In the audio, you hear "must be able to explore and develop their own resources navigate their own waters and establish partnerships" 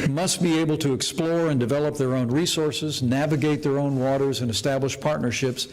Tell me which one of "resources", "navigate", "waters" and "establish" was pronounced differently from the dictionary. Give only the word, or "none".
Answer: none